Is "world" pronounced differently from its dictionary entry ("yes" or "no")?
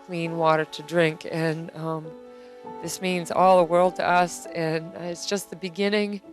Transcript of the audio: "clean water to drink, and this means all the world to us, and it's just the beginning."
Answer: no